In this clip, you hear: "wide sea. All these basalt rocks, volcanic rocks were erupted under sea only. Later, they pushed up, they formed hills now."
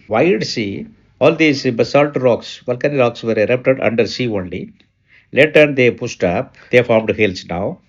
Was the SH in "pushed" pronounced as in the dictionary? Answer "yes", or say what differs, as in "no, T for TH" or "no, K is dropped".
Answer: no, S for SH